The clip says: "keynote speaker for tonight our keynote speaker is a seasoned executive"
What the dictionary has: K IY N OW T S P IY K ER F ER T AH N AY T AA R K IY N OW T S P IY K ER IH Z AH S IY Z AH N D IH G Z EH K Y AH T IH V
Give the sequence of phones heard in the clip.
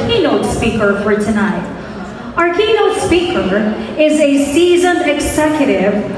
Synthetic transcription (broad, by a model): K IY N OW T S P IY K ER F ER T AH N AY T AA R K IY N OW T S P IY K ER IH Z AH S IY Z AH N IH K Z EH K Y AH T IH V